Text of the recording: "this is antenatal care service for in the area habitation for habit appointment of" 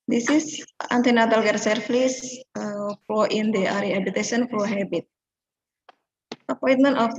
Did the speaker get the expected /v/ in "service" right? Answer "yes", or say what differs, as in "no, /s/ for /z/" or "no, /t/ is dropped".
no, /f/ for /v/